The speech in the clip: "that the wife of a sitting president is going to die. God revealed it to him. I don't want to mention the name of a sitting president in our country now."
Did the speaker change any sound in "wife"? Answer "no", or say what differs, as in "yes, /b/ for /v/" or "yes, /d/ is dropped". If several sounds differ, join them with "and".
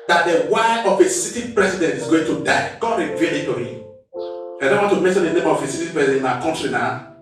yes, /f/ is dropped